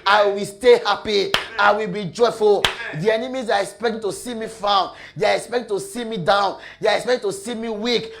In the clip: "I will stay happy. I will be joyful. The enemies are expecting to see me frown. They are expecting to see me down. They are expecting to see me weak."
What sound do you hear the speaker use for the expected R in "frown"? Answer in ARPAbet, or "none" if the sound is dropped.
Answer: none